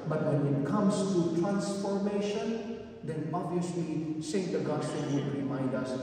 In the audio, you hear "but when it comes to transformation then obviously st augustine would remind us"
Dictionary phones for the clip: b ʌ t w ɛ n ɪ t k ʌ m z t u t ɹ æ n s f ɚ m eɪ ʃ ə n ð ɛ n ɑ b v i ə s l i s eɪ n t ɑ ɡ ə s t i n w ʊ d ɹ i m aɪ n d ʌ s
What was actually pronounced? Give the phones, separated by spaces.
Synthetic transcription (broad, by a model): b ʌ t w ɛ n ɪ t k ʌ m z t u t ɹ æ n s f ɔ m eɪ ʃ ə n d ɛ n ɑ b i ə s l i s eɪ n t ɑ ɡ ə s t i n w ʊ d ɹ i m aɪ n d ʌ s